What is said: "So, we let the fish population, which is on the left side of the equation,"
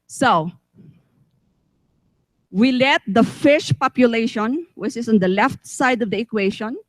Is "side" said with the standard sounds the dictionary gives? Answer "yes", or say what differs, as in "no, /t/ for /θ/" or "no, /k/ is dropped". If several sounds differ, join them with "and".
yes